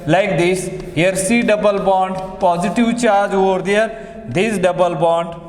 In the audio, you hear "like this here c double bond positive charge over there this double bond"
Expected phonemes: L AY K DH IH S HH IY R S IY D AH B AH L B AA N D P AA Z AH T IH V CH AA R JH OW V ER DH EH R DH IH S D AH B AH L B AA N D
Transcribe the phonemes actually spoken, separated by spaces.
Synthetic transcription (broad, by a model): L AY K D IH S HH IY R S IY D AH B AH L B AA N D P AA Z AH T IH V CH AA R JH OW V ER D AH R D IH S D AH B AH L B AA N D